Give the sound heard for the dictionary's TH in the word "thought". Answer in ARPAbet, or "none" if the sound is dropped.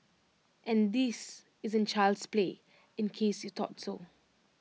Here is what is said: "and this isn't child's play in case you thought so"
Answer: T